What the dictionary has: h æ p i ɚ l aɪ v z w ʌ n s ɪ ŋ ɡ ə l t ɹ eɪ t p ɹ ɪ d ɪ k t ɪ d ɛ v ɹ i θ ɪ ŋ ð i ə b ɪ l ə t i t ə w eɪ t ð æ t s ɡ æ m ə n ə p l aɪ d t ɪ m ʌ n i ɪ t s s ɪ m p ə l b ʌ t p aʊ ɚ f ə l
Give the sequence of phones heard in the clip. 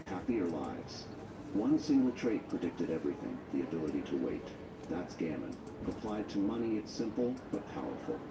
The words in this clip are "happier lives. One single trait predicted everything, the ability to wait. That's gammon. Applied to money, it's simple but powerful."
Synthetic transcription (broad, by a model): h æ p i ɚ l aɪ v z w ʌ n s ɪ ŋ ɡ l t ɹ eɪ t p ɹ ɪ d ɪ k t ɪ d ɛ v ɹ i θ ɪ ŋ ð i ə b ɪ l ə t i t ə w eɪ t ð æ t s ɡ æ m ə n ə p l aɪ d t ɪ m ʌ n i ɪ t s s ɪ m p l b ʌ t p aʊ ɚ f l